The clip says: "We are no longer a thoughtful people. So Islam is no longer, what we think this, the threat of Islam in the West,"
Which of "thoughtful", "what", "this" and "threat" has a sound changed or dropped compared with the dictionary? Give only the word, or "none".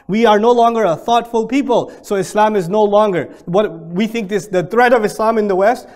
none